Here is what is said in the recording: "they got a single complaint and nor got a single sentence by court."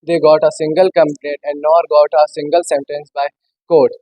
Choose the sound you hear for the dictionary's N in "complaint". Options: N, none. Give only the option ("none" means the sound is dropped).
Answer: none